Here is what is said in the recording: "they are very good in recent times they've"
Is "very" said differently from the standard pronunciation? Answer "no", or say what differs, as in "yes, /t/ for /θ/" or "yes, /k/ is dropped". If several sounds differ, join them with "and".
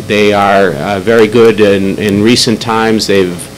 no